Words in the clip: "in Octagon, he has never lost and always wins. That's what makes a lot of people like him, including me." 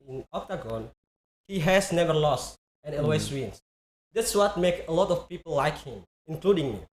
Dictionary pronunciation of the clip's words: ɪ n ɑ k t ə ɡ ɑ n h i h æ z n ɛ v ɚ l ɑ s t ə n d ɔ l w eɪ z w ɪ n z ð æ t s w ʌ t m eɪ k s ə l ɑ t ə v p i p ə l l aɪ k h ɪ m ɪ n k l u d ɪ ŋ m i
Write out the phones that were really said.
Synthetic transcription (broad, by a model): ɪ n ɑ k t ə ɡ ɑ n h i h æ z n ɛ v ɚ l ɑ s t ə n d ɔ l w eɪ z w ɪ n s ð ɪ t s w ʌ t m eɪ k ə l ɑ t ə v p i p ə l l aɪ k h ɪ m ɪ n k l u d ɪ ŋ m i